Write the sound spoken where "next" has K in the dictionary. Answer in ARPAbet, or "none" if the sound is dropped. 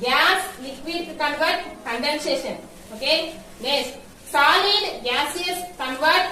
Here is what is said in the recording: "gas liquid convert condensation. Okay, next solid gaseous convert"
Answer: none